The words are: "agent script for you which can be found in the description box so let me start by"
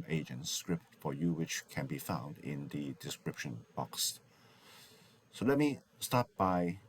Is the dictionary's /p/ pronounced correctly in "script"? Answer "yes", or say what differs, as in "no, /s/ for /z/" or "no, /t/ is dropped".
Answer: yes